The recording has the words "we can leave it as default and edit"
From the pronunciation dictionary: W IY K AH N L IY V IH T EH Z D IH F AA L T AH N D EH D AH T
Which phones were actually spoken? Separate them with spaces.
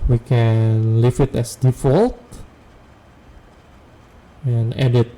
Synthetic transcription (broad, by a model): W IY K AH N L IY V IH T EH S D IH F AA L T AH N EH D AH T